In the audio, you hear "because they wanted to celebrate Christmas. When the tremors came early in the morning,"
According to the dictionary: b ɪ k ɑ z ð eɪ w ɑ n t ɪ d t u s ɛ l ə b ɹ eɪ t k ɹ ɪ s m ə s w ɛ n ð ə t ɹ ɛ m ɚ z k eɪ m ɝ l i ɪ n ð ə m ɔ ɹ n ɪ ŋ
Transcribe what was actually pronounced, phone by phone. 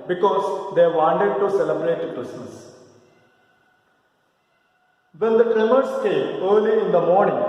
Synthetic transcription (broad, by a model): b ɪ k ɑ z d eɪ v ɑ n t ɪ d t u s ɛ l ə b ɹ eɪ t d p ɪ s ə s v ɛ n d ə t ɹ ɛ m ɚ s k eɪ m ɝ l i ɪ n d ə m ɔ ɹ n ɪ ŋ